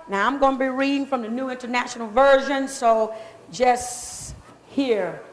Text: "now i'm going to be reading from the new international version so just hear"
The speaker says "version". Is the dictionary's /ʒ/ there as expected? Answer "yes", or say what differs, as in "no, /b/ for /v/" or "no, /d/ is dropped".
yes